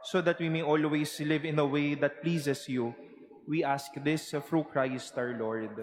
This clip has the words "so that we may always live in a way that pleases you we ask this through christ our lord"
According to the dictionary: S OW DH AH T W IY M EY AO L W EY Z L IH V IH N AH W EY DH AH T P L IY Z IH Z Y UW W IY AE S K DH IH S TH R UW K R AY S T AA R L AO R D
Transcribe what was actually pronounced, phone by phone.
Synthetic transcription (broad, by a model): S OW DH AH T W IY M EY AO L W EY S L IH V IH N AH W EY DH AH T P L IY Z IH S Y UW W IY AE S K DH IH S F R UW K R AY S T AA R L AO R D